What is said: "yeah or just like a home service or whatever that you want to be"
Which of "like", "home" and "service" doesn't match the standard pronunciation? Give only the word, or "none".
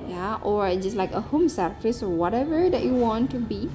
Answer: service